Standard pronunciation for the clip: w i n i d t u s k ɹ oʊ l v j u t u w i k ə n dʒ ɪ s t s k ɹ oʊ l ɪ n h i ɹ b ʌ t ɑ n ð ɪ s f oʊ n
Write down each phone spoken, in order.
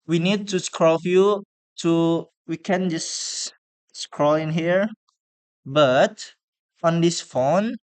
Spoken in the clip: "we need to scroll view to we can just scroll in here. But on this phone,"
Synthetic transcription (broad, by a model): w i n i d t u s k ɹ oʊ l f j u t u w i k ə n dʒ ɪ s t s k ɹ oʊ l ɪ n h i ɹ b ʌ t ɑ n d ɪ s f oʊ n